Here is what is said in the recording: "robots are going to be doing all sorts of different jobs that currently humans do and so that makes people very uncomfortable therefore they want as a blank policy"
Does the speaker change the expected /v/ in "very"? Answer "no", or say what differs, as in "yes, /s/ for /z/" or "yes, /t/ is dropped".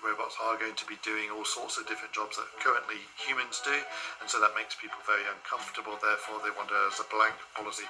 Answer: no